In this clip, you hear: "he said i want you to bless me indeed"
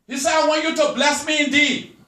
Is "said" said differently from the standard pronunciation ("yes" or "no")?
yes